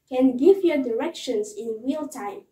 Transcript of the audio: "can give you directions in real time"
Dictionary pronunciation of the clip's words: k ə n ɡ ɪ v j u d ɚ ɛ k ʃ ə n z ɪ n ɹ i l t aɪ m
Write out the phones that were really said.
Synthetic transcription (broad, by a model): k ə n ɡ ɪ v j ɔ d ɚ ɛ k ʃ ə n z ɪ n w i l t aɪ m